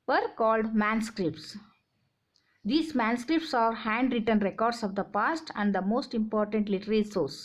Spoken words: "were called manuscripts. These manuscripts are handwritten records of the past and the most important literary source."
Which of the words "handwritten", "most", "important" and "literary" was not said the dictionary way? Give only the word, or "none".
literary